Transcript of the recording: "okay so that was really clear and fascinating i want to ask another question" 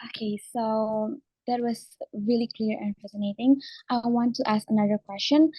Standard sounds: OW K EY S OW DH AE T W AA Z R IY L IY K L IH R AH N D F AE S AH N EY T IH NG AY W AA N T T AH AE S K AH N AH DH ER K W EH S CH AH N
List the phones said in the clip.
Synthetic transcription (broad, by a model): OW K EY S OW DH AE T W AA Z R IY L IY K L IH R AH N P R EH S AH N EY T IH NG AY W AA N T T AE S K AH N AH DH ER K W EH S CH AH N